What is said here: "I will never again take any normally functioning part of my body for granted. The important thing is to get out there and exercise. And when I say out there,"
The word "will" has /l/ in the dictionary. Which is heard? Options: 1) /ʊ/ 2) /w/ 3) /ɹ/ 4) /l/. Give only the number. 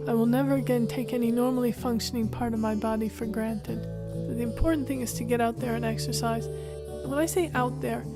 4